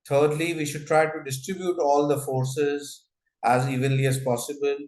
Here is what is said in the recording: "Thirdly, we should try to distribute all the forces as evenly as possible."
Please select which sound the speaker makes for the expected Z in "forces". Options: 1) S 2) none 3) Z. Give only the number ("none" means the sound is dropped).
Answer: 3